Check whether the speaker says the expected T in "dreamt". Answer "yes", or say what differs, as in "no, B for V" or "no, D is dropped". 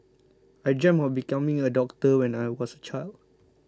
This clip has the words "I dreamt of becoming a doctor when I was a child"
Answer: no, T is dropped